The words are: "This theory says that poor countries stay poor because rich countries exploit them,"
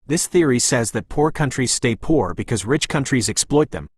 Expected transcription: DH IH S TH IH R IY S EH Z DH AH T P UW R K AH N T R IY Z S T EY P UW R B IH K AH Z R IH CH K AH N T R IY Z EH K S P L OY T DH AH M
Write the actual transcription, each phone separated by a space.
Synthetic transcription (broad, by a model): DH IH S TH IH R IY S EH Z DH AH T P UW R K AH N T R IY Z S T EY P UW R B IH K AH Z R IH CH K AH N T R IY Z EH K S P L OY T DH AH M